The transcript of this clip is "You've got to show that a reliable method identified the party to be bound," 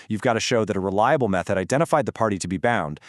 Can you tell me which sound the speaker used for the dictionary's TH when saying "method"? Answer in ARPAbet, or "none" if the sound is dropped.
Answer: TH